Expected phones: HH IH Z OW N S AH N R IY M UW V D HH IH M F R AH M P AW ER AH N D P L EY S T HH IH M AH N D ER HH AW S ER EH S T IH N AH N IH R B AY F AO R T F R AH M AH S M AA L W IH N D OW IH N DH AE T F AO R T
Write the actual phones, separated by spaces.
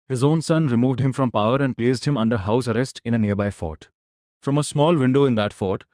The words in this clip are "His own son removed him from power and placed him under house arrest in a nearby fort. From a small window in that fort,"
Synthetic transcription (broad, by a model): HH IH Z OW N S AH N R IY M UW V D HH IH M F R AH M P AW ER AH N D P L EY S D HH IH M AH N D ER HH AW S ER EH S T IH N AH N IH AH B AY F AO T F R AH M AH S M AA L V IH N D OW IH N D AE T F AO T